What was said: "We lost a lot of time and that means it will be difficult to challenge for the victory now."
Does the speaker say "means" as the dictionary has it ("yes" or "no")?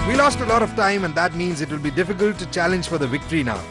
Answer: yes